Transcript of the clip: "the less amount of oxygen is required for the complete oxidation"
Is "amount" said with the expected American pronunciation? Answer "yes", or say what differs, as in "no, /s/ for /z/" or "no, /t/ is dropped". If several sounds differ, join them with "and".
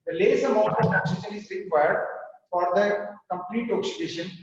no, /n/ is dropped